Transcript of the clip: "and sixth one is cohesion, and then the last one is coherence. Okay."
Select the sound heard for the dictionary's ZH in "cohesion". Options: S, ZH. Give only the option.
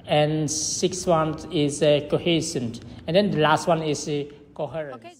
S